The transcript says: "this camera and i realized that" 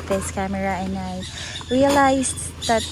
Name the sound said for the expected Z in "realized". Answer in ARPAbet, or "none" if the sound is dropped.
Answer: S